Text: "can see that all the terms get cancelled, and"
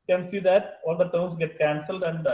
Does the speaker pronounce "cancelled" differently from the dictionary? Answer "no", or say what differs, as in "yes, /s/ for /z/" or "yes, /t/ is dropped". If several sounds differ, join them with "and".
no